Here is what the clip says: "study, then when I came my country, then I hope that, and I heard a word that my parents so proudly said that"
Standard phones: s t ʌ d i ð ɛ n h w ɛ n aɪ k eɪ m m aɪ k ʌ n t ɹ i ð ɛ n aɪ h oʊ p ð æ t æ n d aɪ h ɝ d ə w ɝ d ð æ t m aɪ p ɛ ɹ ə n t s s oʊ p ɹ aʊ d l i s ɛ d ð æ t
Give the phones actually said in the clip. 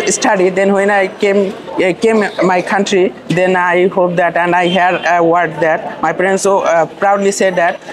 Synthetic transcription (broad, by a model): s t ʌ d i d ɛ n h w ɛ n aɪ k eɪ m m aɪ k ʌ n t ɹ i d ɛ n aɪ h oʊ p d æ t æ n d aɪ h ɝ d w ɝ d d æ t m aɪ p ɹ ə n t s s oʊ p ɹ aʊ d l i s ɛ d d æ t